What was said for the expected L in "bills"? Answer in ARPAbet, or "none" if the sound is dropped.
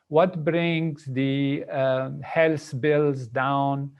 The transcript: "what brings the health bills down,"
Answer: L